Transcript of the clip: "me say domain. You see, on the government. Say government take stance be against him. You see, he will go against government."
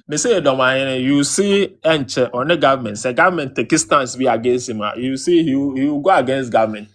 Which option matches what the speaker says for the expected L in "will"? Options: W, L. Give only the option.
W